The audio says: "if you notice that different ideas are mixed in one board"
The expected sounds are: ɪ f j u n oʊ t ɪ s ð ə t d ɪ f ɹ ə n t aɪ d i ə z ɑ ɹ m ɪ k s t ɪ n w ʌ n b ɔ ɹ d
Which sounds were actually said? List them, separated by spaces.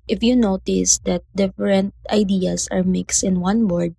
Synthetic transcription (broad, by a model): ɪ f j u n oʊ t ɪ s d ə t d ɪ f ɹ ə n t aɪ d i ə s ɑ ɹ m ɪ k s t ɪ n w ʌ n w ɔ ɹ d